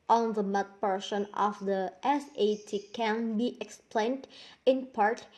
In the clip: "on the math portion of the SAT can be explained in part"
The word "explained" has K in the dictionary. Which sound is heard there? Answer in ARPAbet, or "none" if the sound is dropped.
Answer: K